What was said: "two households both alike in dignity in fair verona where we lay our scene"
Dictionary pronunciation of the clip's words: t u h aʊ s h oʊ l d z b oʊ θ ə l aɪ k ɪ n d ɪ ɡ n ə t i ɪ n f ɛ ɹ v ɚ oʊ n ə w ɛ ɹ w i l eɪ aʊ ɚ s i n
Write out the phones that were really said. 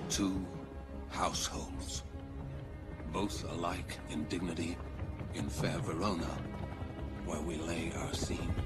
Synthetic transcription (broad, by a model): t u h aʊ s h oʊ l d z b oʊ θ ə l aɪ k ɪ n d ɪ ɡ n ə t i ɪ n f ɛ ɹ v ɚ oʊ n ə w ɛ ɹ w i l eɪ aʊ ɚ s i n